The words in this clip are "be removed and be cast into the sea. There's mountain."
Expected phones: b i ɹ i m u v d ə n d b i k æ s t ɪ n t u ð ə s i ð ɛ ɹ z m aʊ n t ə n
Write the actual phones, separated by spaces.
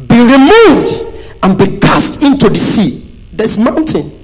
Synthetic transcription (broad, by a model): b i ɹ i m u v d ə n b i k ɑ s t ɪ n t u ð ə s i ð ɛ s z m aʊ n t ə n